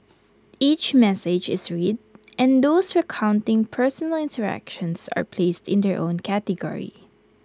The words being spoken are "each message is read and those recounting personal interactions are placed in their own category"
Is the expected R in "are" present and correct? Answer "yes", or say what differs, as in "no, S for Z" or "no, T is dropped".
yes